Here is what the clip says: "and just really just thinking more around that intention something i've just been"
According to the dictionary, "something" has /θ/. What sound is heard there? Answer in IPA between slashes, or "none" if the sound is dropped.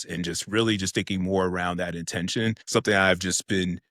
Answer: /θ/